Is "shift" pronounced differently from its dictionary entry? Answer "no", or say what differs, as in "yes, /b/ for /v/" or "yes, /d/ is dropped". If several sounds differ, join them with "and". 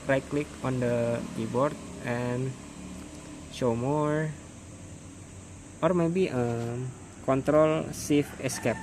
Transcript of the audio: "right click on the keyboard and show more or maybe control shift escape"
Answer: yes, /s/ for /ʃ/ and /t/ is dropped